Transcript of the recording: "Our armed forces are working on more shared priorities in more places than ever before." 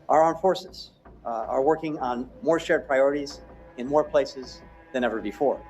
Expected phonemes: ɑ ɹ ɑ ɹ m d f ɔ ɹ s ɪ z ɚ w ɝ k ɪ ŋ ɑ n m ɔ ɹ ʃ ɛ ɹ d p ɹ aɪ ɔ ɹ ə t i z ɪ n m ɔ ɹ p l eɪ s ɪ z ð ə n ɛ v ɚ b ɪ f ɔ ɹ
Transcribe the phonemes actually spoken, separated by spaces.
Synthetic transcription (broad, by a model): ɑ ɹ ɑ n f ɔ ɹ s ɪ z ɚ w ɝ k ɪ ŋ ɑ n m ɔ ɹ ʃ ɛ ɹ d p ɹ aɪ ɔ ɹ ə t i z ɪ n m ɔ ɹ p l eɪ s ɪ z ð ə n ɛ v ɚ b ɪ f ɔ ɹ